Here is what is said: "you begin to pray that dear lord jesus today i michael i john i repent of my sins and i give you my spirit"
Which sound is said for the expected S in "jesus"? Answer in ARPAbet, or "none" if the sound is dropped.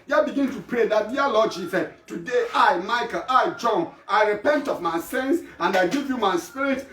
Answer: none